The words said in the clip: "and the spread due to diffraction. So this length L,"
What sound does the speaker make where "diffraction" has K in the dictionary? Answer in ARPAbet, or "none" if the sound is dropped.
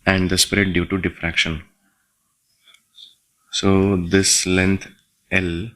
K